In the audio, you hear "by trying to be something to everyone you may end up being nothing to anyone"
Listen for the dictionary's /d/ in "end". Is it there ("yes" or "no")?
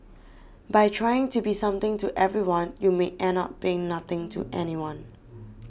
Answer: no